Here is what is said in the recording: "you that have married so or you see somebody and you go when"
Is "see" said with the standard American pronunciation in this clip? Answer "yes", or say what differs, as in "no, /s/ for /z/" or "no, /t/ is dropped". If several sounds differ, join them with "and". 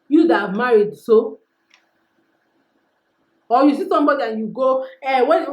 yes